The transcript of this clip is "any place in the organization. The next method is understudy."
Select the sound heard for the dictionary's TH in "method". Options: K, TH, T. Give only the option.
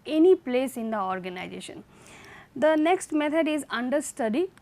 T